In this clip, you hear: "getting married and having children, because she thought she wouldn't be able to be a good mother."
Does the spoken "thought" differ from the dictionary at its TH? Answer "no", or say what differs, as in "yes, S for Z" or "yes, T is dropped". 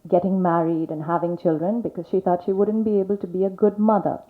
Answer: no